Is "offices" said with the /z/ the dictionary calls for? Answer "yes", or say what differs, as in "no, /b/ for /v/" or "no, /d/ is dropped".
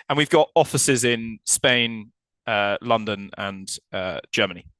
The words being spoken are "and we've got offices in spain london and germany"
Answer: yes